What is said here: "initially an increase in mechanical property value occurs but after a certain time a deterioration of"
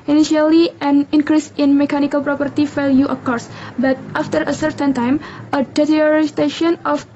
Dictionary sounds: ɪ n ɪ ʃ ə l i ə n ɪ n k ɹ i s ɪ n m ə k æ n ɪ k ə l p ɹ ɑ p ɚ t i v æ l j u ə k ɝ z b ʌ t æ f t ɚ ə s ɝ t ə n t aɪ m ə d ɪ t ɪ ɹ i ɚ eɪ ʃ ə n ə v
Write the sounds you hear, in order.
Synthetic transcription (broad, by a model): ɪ n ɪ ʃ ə l i ə n ɪ n k ɹ i s ɪ n m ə k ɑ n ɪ k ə l p ɹ ɑ p ɚ t i f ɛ l j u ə k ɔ s b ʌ t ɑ f t ɚ ə s ɝ t ə n t aɪ m ə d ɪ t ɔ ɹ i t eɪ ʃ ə n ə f